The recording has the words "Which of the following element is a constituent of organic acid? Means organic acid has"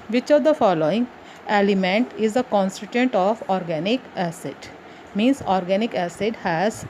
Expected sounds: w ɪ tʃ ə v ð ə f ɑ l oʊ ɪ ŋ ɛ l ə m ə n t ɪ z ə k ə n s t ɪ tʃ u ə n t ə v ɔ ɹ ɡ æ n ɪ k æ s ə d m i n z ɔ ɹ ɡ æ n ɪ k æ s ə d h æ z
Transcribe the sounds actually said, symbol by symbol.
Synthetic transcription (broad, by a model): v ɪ tʃ ə v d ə f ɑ l oʊ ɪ ŋ ɛ l ə m ə n t ɪ z ə k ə n s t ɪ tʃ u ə n t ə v ɔ ɹ ɡ æ n ɪ k æ s ə d m i n s ɔ ɹ ɡ æ n ɪ k æ s ə d h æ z